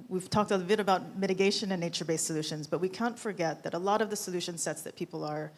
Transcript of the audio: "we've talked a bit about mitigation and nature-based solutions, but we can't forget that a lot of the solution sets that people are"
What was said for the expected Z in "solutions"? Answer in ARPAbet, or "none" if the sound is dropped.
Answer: Z